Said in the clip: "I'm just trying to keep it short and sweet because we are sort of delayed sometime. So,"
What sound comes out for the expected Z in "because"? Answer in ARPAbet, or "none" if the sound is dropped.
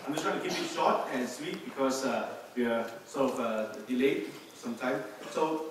S